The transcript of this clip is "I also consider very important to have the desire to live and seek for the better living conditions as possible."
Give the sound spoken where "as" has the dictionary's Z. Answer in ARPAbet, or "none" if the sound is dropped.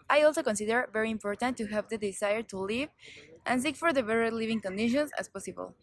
S